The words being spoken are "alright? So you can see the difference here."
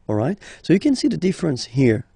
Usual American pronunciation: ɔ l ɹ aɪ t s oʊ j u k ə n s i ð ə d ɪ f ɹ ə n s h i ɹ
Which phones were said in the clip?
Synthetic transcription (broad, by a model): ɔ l ɹ aɪ t s oʊ j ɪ k ə n s i ð ə d ɪ f ɹ ə n s h i ɹ